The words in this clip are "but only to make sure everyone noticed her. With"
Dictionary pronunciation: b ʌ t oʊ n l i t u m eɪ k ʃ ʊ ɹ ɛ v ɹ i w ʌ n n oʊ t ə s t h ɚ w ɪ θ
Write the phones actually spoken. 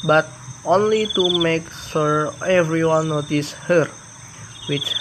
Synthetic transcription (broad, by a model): b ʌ t oʊ n l i t u m eɪ k s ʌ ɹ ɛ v ɹ i w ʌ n n oʊ t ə s h ɚ w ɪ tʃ